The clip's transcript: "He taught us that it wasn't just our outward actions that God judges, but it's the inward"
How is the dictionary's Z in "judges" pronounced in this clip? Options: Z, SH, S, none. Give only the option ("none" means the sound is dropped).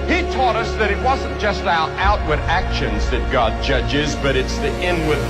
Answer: Z